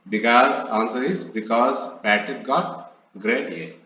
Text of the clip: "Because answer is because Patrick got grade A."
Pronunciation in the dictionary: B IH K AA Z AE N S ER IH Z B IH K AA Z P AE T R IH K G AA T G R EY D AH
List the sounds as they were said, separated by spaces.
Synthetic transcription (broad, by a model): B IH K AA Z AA N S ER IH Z B IH K AA Z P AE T IH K G AA T G R EY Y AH